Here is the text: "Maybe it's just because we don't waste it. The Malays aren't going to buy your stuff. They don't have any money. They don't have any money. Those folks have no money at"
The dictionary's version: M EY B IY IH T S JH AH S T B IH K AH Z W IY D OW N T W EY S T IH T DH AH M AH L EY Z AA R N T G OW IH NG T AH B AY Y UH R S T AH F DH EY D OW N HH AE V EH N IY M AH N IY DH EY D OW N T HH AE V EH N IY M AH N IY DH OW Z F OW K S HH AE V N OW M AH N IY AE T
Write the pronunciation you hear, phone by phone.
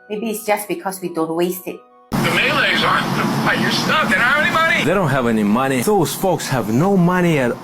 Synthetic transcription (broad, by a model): M EY B IY IH T S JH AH S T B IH K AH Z W IY D OW N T W EY S T IH T DH AH M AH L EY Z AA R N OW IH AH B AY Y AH R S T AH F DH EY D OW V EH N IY M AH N IY DH EY D OW N T HH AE V EH N IY M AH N IY DH OW Z F OW K S HH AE V N OW M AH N IY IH T